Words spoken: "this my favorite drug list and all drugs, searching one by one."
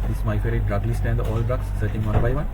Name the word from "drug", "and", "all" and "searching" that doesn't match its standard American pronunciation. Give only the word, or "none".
none